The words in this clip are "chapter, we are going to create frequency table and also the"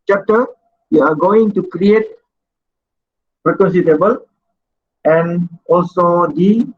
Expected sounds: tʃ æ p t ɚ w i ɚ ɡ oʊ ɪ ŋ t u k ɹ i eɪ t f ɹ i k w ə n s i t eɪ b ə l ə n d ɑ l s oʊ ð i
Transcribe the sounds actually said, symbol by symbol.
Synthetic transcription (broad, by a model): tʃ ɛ p t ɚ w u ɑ ɡ oʊ ɪ ŋ t u k ɹ i eɪ t p ɹ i k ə n s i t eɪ b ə l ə n ɑ l s oʊ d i